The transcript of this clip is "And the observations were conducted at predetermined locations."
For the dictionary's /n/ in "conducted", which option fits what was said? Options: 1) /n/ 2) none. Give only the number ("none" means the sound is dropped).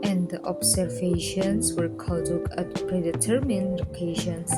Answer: 2